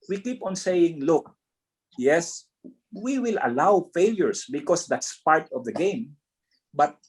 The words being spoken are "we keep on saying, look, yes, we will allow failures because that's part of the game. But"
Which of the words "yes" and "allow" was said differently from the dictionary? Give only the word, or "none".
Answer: none